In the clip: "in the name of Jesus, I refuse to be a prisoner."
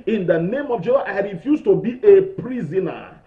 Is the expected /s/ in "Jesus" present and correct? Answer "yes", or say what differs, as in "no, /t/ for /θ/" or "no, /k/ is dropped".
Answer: no, /s/ is dropped